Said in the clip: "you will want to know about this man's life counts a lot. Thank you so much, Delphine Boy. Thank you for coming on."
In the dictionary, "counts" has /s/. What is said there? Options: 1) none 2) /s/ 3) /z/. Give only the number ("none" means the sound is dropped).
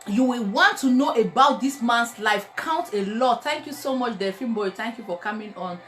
1